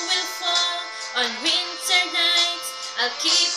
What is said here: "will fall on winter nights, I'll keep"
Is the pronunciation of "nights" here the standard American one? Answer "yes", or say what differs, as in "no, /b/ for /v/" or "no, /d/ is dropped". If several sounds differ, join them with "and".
no, /s/ is dropped